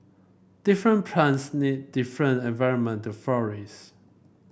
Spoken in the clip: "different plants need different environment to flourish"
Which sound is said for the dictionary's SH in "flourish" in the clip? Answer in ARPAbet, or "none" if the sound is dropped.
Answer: S